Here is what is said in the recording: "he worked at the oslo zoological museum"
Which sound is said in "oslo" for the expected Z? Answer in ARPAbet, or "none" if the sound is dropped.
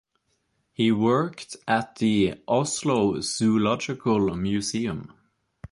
S